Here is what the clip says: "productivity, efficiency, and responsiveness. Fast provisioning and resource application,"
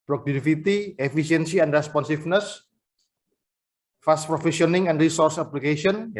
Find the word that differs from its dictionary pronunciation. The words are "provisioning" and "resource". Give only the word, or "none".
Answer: provisioning